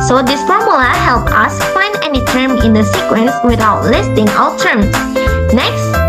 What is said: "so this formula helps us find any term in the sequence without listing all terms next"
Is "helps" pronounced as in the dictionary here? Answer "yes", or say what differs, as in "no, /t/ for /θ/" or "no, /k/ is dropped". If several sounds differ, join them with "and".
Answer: no, /s/ is dropped